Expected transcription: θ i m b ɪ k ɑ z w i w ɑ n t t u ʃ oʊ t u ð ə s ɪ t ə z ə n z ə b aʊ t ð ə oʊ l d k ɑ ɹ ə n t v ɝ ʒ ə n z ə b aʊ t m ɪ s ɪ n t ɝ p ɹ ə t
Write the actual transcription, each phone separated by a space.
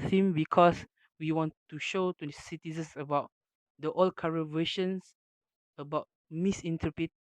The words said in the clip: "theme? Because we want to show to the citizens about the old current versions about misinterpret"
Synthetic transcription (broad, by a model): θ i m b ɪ k ɑ s w i w ɑ n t t u ʃ oʊ t u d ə s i t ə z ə n s ə b aʊ t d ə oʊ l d k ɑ ɹ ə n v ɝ ʃ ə n s ə b aʊ t m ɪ s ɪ n t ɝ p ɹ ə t